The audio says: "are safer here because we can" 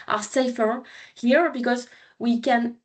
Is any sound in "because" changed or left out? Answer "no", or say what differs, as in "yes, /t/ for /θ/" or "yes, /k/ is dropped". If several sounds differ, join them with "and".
no